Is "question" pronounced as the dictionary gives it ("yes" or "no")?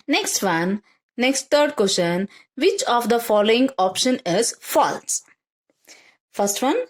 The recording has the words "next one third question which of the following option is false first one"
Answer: no